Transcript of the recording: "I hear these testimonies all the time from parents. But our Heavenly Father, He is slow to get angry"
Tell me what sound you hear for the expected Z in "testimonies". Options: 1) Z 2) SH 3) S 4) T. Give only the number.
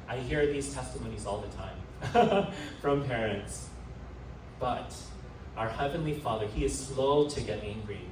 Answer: 1